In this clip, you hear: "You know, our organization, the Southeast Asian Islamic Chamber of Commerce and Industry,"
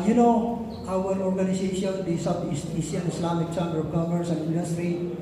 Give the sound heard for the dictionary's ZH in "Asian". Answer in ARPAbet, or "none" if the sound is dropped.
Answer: S